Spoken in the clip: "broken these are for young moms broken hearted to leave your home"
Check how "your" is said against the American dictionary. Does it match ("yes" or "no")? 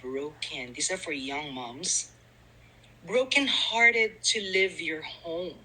yes